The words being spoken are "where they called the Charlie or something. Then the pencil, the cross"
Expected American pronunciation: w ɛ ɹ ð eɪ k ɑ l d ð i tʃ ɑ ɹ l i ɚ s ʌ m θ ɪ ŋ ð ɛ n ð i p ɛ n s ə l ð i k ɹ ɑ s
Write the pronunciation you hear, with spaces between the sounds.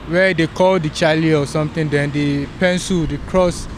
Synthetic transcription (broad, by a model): w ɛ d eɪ k ɑ l d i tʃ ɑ l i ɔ s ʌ m t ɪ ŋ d ɛ n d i p ɛ n s ə l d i k ɹ ɑ s